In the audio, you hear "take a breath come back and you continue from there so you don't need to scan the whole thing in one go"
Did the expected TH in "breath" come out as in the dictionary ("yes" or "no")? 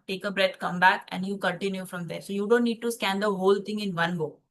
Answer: no